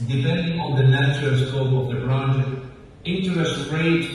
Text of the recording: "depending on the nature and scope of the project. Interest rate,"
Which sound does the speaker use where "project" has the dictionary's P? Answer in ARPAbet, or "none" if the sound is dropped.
B